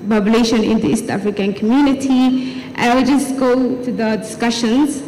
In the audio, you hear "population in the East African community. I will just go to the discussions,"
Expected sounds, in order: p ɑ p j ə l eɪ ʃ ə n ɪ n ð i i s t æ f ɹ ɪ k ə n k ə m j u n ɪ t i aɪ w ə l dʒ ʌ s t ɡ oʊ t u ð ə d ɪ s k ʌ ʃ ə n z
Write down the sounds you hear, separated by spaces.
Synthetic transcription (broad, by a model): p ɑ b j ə l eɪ ʃ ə n ɪ n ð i i s t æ f ɹ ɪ k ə n k ə m j u n ɪ t i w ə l dʒ ʌ s t ɡ oʊ t u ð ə d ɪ s k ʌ ʃ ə n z